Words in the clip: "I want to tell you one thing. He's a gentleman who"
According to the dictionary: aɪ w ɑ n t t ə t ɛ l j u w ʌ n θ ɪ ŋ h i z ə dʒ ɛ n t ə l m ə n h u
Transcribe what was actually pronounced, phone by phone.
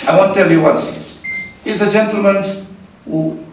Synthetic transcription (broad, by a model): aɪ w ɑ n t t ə t ɛ l j u w ʌ n s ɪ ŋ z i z ə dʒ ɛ n t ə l m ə n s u